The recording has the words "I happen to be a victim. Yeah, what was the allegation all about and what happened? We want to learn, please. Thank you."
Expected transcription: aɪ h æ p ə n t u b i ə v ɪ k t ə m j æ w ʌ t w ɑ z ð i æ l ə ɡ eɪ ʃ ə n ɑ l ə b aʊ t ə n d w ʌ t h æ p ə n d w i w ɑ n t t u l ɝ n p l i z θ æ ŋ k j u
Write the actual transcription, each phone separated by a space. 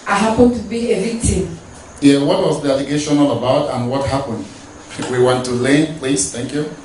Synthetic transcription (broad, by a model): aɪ h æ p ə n t u b i ə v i t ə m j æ w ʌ t w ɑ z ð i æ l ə ɡ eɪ ʃ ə n ɑ l ə b aʊ t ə n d w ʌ t h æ p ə n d w i w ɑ n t t u l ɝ n p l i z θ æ ŋ k j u